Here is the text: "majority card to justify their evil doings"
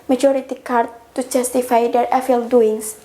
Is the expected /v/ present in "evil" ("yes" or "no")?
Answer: no